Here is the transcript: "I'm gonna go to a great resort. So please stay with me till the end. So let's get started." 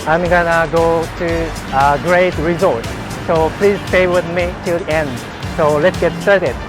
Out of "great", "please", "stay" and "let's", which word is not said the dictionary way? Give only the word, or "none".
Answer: none